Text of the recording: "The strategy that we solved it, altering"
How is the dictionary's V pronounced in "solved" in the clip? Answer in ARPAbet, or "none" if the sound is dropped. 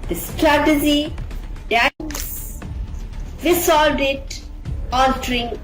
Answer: none